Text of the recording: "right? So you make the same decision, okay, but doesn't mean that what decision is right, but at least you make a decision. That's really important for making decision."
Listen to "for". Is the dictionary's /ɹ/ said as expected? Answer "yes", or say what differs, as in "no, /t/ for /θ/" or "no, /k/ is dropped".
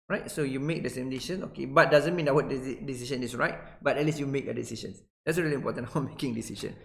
no, /w/ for /ɹ/